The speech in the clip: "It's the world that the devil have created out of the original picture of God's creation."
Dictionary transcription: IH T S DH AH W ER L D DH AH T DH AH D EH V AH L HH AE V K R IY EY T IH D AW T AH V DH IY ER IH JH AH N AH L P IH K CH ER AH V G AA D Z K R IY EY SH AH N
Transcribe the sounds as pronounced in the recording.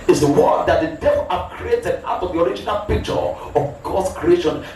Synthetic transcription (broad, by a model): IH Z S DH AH W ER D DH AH T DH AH D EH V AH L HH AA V K R IY EY T IH D AW T AH V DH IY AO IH JH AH N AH L P IH K CH ER AH V G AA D S K R IY EY SH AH N